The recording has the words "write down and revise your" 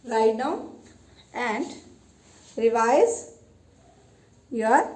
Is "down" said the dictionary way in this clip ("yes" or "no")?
no